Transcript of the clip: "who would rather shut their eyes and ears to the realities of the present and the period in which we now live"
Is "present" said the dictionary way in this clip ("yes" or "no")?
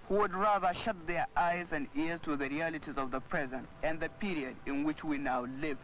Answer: yes